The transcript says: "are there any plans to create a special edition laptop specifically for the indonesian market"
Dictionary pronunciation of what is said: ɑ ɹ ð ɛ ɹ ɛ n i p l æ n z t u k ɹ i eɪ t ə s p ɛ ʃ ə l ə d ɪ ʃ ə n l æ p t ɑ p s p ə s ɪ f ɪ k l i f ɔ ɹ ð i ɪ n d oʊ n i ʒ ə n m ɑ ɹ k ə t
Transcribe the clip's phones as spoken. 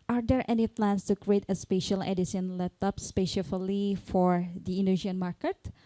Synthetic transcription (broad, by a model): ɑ ɹ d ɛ ɹ ɛ n i p l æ n s t u k ɹ i eɪ t ə s p ɛ ʃ ə l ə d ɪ s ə n l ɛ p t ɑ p s p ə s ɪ f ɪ l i f ɔ ɹ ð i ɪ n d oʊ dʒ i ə n m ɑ ɹ k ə t